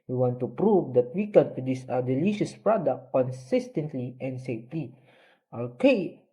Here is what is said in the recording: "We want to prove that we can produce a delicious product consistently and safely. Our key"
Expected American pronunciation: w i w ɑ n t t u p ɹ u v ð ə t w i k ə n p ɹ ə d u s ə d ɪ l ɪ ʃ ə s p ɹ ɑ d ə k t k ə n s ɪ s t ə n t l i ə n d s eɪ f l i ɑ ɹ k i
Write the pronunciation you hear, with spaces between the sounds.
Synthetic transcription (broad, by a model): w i w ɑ n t t u p ɹ u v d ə t w i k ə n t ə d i s ə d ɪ l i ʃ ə s p ɹ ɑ d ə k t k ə n s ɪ s t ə n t l i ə n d s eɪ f l i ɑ l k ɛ